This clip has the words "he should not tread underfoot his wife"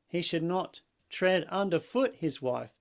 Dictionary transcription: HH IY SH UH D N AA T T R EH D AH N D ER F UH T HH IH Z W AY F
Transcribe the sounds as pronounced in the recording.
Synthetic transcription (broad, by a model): HH IY SH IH D N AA T T R EH D AH N D ER F UH T HH IH Z W AY F